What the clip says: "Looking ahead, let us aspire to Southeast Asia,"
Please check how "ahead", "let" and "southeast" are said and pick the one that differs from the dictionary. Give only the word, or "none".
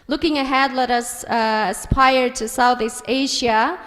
none